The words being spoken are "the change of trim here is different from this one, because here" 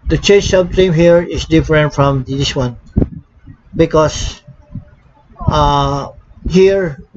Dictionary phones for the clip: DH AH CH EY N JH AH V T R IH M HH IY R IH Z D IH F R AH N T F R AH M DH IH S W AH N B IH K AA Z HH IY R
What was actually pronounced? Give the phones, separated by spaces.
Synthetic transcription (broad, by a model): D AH CH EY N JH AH B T IH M HH IY R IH S D IH F R AH N T F R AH M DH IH S W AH N B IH K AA S HH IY R